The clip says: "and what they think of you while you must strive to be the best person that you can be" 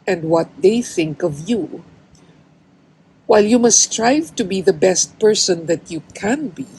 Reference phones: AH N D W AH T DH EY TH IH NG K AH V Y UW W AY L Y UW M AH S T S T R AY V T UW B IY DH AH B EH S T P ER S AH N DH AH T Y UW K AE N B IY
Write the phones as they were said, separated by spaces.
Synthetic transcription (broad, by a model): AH N D W AH T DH EY TH IH NG K AH V Y UW W AY L Y UW M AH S S T R AY V T UW B IY DH AH B EH S T P ER S AH N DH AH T Y UW K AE N B IY